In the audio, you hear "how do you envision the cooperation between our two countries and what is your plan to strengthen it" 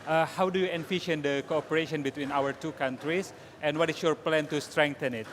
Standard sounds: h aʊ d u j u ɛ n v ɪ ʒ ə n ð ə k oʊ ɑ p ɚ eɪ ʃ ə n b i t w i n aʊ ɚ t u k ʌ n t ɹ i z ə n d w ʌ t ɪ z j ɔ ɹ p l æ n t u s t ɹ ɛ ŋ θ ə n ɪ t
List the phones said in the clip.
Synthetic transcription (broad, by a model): h aʊ d u j u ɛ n f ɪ ʃ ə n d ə k oʊ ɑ p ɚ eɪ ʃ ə n b i t w i n aʊ ɚ t u k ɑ n t ɹ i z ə n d w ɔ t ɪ s j ɔ ɹ p l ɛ n t u s t ɹ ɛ ŋ t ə n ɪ t